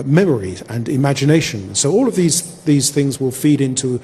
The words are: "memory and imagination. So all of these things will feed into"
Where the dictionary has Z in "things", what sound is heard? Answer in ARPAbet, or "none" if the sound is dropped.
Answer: Z